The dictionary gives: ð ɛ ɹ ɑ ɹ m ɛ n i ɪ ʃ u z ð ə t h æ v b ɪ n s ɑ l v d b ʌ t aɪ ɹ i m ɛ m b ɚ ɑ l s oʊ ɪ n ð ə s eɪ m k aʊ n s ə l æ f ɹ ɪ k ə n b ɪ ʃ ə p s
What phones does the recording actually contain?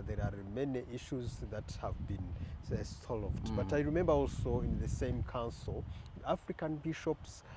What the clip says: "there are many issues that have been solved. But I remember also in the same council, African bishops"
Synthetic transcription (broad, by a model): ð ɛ ɹ ɑ ɹ m ɛ n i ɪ ʃ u z ð ə t h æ v b ɪ n s ɑ l v d b ʌ t aɪ ɹ i m ɛ m b ɚ ɑ l s oʊ ɪ n ð ə s eɪ m k aʊ n s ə l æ f ɹ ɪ k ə n b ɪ ʃ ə p s